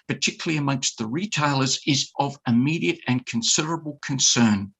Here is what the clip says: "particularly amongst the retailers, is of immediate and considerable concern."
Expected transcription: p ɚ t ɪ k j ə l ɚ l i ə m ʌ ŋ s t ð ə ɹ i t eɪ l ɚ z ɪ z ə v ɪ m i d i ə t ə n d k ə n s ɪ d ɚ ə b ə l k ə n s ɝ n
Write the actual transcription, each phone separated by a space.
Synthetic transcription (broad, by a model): p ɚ t ɪ k j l l i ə m ʌ ŋ s t ð ə ɹ i t eɪ l ɚ z ɪ z ə v ɪ m i d i ə t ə n k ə n s ɪ d ɚ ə b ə l k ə n s ɝ n